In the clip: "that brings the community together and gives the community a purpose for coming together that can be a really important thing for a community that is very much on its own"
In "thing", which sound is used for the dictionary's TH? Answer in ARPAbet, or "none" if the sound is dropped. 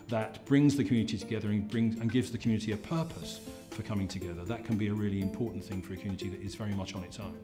TH